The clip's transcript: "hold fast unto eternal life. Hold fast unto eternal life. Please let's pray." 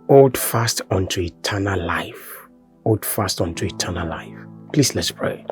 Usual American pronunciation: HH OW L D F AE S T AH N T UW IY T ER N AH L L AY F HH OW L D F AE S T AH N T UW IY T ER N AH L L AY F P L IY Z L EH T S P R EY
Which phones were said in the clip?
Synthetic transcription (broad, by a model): OW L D F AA S T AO N T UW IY T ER N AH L L AY F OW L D F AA S T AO N T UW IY T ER N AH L L AY F P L IY S L EH T S P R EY